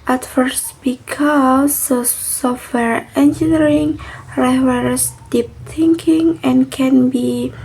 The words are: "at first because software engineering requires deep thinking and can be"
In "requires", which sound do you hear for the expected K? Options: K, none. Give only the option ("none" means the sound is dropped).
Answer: none